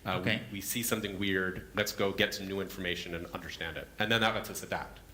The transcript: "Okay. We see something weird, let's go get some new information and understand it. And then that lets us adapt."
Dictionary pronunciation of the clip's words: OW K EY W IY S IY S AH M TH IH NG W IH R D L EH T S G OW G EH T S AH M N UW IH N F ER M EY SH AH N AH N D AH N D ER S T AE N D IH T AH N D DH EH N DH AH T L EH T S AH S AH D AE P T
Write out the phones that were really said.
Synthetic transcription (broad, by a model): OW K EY W IY S IY S AH M TH IH NG W IH R D L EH T S G OW G EH T S AH M N UW IH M F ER M EY SH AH N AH N AH N D ER S T AE N D IH T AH N DH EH N DH AH T L EH T S AH S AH D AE P T